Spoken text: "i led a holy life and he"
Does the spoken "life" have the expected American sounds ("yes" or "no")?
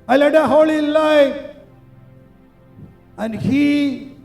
no